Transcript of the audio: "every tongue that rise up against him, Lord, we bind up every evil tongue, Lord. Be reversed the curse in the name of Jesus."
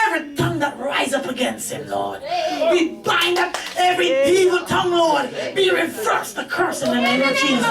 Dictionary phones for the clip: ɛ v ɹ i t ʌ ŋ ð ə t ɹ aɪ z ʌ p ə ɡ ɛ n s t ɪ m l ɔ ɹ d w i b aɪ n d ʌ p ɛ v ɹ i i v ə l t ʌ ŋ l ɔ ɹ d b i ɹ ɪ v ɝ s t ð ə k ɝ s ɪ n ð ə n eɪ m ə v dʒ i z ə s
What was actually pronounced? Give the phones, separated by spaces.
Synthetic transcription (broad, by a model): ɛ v ɹ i t ʌ ŋ ð ə t ɹ aɪ z ʌ p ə ɡ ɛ n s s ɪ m l ɔ ɹ d w i b aɪ n d ʌ p ɛ v ɹ i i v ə t ʌ ŋ l ɔ ɹ d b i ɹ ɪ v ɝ s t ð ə k ɝ s ɪ n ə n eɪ ə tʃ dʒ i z